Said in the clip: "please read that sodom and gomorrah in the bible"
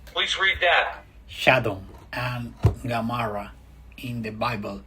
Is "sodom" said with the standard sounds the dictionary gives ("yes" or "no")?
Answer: no